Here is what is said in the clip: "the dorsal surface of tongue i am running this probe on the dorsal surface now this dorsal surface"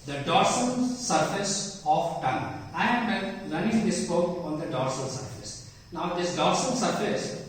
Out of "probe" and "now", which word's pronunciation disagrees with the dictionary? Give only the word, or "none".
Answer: probe